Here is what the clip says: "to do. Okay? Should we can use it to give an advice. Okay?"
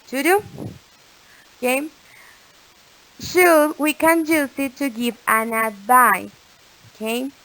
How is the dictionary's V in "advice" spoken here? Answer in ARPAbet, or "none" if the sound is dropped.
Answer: B